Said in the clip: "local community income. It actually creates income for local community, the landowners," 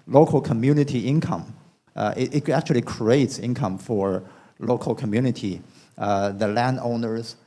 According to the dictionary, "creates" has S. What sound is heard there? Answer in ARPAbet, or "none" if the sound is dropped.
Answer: S